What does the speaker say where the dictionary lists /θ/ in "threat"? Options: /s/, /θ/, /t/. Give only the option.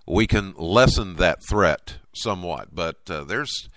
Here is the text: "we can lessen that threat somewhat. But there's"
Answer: /θ/